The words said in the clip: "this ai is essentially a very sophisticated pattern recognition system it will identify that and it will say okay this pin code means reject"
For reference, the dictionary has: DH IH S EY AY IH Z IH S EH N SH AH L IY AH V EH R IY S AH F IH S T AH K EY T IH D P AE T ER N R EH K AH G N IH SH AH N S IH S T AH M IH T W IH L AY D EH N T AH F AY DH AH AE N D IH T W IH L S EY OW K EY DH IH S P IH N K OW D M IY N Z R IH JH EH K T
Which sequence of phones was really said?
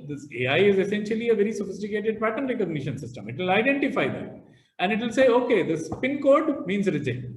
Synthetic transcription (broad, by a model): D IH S EY AY IH Z IH S EH N SH AH L IY AH V EH R IY S AH F IH S T AH K EY T IH D P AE T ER N R EH K AH G N IH SH AH N S IH S T AH M IH T W IH L AY D EH N T AH F AY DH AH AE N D IH T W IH L S EY OW K EY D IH S P IH N K OW D M IY N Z R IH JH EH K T